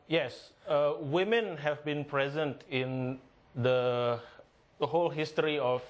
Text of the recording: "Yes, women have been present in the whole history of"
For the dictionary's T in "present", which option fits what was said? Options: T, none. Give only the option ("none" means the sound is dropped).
T